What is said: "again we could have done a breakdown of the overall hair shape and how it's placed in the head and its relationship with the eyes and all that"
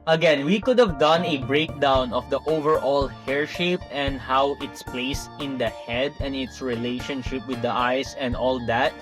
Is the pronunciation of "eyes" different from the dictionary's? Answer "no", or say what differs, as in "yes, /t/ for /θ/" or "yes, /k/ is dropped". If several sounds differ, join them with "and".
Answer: yes, /s/ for /z/